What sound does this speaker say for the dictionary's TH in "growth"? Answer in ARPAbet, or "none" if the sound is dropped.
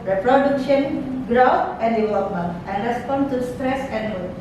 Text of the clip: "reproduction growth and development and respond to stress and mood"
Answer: F